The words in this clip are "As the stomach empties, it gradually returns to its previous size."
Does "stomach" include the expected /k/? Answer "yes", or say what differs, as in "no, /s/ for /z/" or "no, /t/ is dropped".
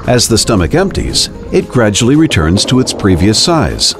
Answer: yes